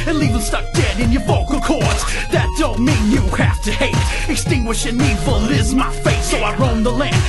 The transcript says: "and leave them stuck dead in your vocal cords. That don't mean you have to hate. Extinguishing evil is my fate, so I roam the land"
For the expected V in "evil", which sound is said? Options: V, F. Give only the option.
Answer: F